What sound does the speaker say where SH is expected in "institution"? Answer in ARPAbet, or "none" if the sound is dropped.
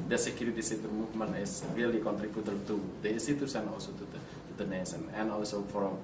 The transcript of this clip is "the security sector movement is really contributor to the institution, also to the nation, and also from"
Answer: S